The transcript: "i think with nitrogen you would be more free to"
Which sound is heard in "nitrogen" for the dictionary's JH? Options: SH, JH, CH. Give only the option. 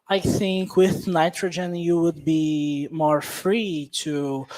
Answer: JH